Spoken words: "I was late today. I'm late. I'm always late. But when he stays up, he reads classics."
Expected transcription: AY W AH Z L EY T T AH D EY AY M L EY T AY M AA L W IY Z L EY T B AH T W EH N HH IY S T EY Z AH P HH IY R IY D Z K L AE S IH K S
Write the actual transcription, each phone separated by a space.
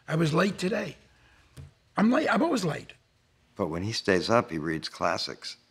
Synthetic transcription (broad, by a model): AY W AH Z L EY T T AH D EY AY M L EY T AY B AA W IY Z L EY T B AH T W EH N IY S T EY Z AH P HH IY R IY D Z K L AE S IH K S